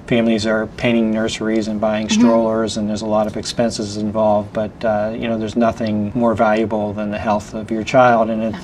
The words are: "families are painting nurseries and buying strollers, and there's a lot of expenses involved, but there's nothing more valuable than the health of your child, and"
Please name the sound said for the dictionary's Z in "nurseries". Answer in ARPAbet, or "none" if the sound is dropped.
Z